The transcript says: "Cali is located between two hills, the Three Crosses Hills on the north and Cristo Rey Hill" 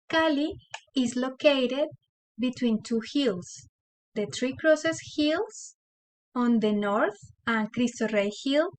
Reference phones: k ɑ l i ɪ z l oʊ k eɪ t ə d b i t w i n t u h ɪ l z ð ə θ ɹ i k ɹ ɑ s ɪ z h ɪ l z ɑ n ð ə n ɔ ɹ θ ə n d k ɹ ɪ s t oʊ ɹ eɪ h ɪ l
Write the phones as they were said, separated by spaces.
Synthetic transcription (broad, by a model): k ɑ l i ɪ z l oʊ k eɪ t ə d b i t w i n t u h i l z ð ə t ɹ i k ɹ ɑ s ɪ s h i l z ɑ n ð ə n ɔ ɹ θ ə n k ɹ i s t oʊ ɹ eɪ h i l